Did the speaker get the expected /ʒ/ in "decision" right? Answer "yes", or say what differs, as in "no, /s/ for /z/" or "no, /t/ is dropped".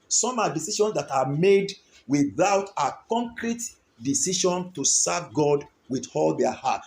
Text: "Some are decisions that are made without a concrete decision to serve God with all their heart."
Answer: no, /ʃ/ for /ʒ/